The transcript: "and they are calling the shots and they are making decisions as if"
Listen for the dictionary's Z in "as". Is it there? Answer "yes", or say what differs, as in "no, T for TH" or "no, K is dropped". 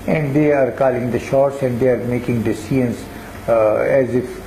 yes